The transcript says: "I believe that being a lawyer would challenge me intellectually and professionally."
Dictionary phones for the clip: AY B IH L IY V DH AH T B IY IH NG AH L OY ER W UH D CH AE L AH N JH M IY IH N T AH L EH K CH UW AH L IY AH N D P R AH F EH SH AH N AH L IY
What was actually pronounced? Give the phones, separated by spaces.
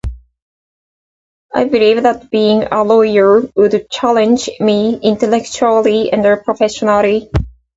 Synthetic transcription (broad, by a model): AY B IH L IY V DH AH T B IY IH NG AH L OY ER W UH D CH AE L AH N JH M IY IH N T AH L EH K CH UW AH L IY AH N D P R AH F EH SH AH N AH L IY